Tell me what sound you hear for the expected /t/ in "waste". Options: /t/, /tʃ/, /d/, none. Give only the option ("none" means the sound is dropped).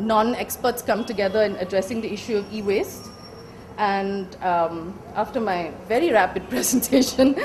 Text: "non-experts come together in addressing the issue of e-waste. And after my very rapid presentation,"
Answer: /t/